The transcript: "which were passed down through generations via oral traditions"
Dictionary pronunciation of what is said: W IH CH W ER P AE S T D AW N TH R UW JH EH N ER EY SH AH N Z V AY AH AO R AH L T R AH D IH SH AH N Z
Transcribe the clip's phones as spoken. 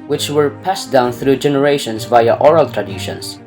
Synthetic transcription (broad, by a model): W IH CH W ER P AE S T D AW N TH R UW JH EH N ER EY SH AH N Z V AY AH AO R AH L T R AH D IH SH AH N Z